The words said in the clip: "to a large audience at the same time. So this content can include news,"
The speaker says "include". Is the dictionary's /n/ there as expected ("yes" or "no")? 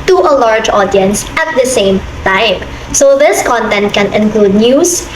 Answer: yes